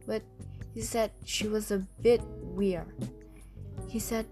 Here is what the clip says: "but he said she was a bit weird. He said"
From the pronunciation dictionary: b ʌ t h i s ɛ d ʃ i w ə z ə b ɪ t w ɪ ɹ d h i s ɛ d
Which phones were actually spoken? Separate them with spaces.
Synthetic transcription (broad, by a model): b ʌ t h i s ɛ d ʃ i w ə z ə b ɪ t w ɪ ɹ h i s ɛ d